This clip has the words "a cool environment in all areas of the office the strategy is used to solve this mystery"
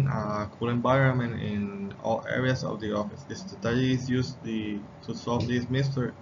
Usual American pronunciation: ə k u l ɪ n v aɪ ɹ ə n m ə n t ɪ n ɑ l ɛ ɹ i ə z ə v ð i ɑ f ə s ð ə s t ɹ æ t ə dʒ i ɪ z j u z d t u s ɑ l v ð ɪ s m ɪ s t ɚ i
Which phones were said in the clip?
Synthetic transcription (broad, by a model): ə k u l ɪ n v aɪ ɹ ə n m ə n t ɪ n ɑ l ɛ ɹ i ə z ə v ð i ɑ f ə s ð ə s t ʌ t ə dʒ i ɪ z j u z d t u s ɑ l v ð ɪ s m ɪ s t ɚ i